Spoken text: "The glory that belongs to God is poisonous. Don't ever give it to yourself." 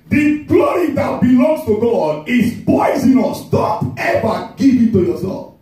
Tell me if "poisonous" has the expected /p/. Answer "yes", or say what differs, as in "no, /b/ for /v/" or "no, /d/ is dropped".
no, /b/ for /p/